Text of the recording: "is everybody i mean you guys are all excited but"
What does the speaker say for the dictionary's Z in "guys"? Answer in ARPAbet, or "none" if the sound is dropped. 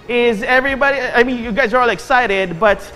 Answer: Z